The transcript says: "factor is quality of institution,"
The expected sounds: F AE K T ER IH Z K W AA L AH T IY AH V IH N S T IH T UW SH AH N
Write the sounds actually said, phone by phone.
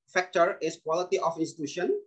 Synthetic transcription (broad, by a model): F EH K T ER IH S K W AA L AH T IY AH F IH N S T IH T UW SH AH N